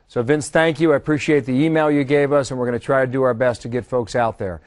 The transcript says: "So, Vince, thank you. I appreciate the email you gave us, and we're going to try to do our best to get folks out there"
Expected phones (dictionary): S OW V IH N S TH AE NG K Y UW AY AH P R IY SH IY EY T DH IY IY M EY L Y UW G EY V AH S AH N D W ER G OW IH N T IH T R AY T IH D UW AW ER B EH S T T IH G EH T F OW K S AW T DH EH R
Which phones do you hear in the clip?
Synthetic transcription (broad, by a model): S OW V IH N S TH AE NG K Y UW AY AH P R IY SH IY EY T DH IY IY M EY L Y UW G EY V AH S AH N W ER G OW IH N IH T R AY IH D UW AW ER B EH S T T IH G EH T F OW K S AW T DH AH R